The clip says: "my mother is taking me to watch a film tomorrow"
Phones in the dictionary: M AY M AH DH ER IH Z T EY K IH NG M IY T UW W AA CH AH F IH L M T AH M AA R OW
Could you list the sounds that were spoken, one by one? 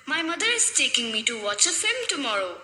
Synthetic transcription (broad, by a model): M AY M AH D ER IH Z T EY K IH NG M IY T UW W AA CH AH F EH M T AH M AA R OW